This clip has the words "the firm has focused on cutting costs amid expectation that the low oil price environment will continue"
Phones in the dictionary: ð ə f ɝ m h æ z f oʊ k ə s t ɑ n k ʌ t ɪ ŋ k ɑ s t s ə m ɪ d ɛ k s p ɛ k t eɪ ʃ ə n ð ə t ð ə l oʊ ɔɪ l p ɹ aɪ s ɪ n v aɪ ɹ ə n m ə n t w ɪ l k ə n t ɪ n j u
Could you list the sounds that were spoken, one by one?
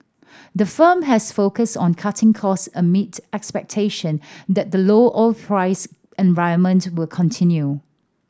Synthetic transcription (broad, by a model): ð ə f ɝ m h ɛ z f oʊ k ə s t ɑ n k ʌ t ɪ ŋ k ɑ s s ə m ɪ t ɛ k s p ɛ k t eɪ ʃ ə n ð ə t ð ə l oʊ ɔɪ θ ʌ ɹ aɪ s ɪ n v aɪ ə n m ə n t w ɪ l k ə n t ɪ n j u